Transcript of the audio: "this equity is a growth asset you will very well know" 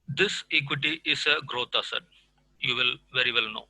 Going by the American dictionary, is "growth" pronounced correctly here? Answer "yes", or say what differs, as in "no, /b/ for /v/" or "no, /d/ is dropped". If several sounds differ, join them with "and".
no, /t/ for /θ/